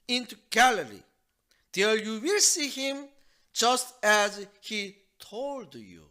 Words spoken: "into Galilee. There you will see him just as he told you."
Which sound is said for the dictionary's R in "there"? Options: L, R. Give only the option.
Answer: L